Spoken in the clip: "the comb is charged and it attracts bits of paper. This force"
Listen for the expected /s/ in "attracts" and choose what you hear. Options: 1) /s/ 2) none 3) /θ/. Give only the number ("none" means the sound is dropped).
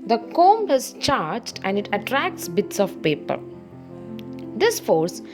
1